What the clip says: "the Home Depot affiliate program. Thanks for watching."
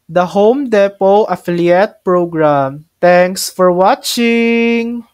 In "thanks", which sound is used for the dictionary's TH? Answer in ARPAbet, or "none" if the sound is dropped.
T